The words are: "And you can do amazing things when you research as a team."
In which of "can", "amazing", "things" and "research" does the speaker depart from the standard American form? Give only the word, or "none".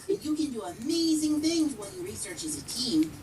none